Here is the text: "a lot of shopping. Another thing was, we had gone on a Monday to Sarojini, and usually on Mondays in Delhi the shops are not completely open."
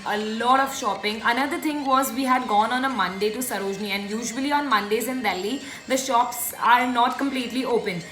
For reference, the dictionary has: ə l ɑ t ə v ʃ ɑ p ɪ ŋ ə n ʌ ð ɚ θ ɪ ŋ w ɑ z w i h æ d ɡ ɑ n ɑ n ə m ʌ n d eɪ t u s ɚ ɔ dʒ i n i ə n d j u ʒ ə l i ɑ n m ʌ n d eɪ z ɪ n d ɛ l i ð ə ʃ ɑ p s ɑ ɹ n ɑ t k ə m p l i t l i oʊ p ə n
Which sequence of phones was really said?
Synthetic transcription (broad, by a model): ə l ɑ t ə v ʃ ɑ p ɪ ŋ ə n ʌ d ɚ t ɪ ŋ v ɑ z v i h æ d ɡ ɑ n ɑ n ə m ʌ n d eɪ t u s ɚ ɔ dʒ n i ə n d j u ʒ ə l i ɑ n m ʌ n d eɪ z ɪ n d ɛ l i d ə ʃ ɑ p s ɑ ɹ n ɑ t k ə m p l i t l i oʊ p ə n